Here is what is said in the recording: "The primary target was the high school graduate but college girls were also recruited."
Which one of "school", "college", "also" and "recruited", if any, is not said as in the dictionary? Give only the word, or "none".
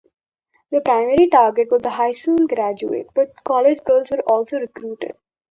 school